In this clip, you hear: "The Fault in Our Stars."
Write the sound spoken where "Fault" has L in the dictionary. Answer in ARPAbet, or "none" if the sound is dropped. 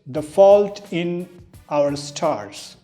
L